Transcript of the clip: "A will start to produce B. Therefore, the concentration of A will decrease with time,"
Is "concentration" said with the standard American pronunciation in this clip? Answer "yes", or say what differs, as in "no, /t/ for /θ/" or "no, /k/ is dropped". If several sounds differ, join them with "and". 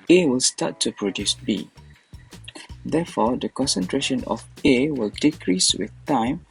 yes